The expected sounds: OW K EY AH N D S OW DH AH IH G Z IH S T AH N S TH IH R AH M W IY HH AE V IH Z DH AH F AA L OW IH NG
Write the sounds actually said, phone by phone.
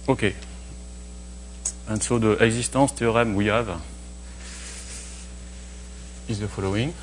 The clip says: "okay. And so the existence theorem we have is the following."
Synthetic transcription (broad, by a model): OW K EY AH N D S OW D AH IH G Z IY S T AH S T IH R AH M W IY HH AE V IH Z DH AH F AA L OW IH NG